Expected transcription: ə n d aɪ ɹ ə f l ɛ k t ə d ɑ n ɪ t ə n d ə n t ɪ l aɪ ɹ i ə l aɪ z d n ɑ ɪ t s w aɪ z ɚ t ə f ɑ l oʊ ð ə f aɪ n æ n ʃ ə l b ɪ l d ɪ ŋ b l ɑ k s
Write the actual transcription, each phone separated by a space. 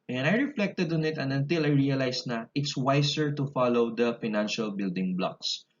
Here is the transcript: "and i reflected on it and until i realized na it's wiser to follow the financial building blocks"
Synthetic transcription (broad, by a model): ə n aɪ ɹ ə f l ɛ k t ə d ɑ n ɪ t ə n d ə n t ɪ l aɪ ɹ i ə l aɪ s n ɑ ɪ t s w aɪ s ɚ t ə f ɑ l oʊ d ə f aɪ n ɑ n ʃ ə l b ɪ l d ɪ ŋ b l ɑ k s